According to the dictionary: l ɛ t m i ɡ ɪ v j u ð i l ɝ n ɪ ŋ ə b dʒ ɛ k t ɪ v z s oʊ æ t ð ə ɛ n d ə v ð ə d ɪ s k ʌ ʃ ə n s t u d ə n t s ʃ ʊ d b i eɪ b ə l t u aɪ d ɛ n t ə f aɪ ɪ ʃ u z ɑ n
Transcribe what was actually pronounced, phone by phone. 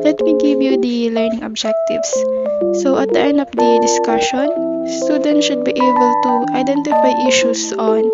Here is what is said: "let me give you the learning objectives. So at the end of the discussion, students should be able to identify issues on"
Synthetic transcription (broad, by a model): l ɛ t m i ɡ ɪ v j u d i l ɝ n ɪ ŋ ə b dʒ ɛ k t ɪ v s s oʊ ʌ t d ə ɛ n d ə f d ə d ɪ s k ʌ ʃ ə n s t u d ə n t ʃ ʊ d b i eɪ b ə l t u aɪ d ɛ n t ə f aɪ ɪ ʃ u s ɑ n